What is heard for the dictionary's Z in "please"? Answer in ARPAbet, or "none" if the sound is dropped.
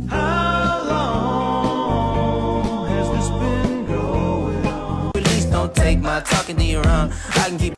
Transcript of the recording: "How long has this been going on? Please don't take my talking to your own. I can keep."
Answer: S